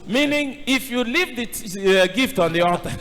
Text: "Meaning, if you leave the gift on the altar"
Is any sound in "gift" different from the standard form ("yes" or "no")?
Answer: no